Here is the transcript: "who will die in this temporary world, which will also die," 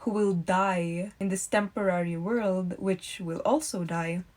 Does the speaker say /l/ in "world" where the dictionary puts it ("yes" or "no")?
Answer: yes